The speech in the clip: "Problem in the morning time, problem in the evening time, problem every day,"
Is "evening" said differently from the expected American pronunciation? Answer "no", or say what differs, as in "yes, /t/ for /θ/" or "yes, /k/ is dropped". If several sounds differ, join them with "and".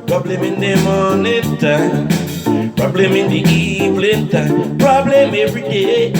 yes, /l/ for /n/